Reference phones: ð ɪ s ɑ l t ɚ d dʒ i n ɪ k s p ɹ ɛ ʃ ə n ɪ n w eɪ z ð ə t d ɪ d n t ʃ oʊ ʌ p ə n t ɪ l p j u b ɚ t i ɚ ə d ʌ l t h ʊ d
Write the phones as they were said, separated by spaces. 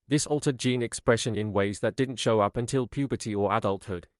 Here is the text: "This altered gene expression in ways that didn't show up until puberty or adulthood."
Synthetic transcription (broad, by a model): ð ɪ s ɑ l t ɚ d dʒ i n ɪ k s p ɹ ɛ ʃ ə n ɪ n w eɪ z ð ə t d ɪ d n t ʃ oʊ ʌ p ə n t ɪ l p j u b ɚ t i ɚ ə d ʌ l t h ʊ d